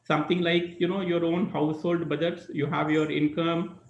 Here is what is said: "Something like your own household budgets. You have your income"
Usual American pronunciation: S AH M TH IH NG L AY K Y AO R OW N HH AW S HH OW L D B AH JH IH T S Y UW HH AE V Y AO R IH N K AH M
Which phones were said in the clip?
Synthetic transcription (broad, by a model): S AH M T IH NG L AY K Y AO R OW N HH AW S HH OW L D B AH JH IH T S Y UW HH AE V Y AO R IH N K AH M